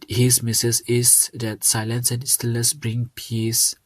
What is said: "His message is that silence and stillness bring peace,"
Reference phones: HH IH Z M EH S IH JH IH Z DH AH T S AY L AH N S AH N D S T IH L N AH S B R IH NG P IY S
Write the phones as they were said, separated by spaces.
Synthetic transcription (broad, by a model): HH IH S M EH S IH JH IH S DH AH T S AY L AH N S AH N S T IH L AH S B R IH NG P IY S